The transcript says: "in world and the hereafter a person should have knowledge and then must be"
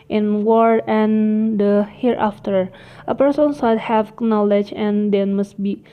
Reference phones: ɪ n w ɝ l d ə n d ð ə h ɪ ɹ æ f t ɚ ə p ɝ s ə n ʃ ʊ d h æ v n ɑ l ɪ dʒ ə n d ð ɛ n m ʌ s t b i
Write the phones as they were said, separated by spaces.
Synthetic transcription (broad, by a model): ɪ n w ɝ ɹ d ə n d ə h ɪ ɹ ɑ f t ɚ ə p ɝ s ə n s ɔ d h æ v n ɑ l ɪ dʒ ə n d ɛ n m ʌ s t b i